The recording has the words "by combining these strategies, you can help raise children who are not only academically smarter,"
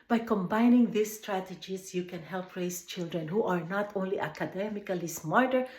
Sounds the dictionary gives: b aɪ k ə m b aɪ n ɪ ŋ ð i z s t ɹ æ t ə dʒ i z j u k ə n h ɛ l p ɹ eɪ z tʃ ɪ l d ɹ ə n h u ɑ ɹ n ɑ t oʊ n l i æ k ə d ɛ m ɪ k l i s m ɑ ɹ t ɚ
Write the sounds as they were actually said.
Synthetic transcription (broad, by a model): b aɪ k ə m b aɪ n ɪ ŋ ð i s t ɹ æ t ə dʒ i s j u k ə n h ɛ l p ɹ eɪ s tʃ ɪ l d ɹ ə n h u ɑ ɹ n ɑ t oʊ n l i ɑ k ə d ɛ m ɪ k l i s m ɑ ɹ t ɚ